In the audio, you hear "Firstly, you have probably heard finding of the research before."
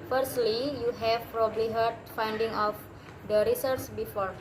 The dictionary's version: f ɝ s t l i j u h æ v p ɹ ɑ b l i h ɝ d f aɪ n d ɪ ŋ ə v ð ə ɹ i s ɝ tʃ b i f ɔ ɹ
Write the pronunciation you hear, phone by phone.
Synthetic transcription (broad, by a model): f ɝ s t l i j u h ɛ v p ɹ ɑ b l i h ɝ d f aɪ n d ɪ ŋ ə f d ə ɹ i s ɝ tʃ b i f ɔ ɹ